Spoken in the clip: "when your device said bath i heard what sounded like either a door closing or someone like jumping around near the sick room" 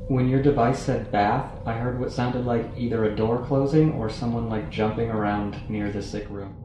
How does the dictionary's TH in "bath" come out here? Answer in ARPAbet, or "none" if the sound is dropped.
TH